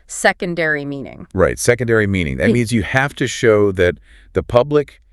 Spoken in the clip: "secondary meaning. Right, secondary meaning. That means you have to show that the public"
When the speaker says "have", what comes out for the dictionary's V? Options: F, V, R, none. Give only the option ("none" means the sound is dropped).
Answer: F